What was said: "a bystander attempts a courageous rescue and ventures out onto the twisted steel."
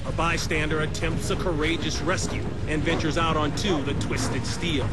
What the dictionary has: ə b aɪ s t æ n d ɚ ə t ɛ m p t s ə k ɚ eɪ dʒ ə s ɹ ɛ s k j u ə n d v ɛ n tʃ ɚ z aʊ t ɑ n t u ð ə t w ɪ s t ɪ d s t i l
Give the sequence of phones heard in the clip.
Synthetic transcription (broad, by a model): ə b aɪ s t æ n d ɚ ə t ɛ m p t s ə k ɚ eɪ dʒ ə s ɹ ɛ s k j u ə n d v ɛ n tʃ ɚ z aʊ t n t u ð ə t w ɪ s t ɪ d s t i l